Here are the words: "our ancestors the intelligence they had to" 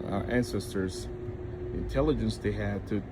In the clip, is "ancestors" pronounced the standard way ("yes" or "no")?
yes